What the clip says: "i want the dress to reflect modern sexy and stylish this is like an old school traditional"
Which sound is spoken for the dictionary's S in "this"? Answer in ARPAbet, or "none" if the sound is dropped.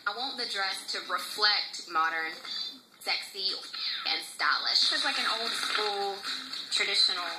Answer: SH